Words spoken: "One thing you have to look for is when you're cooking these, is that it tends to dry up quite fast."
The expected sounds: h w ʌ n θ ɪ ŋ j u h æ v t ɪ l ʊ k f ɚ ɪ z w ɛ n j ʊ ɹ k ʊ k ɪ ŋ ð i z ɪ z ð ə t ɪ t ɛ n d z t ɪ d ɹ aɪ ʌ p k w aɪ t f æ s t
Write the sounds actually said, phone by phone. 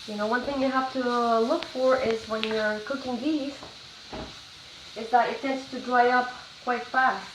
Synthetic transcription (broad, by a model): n w ʌ n θ ɪ ŋ j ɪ h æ f t ɪ l ʊ k f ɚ ɪ z w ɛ n j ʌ ɹ k ʊ k ɪ ŋ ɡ i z ɪ z ð ə t ɪ t ɛ n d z t ɪ d ɹ aɪ ʌ p k w aɪ t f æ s t